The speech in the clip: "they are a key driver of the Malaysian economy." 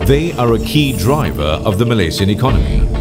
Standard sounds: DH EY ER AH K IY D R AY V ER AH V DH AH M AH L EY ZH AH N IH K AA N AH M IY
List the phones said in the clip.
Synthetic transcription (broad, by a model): DH EY ER AH K IY D R AY V ER AH V DH AH M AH L EY S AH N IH K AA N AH M IY